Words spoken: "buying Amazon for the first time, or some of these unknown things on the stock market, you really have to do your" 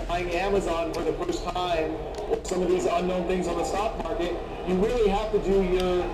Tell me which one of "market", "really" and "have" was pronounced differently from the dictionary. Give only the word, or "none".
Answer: have